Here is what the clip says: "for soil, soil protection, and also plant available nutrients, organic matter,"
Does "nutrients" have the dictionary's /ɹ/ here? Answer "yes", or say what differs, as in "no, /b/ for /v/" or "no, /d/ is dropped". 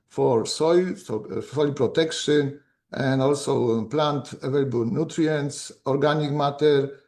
yes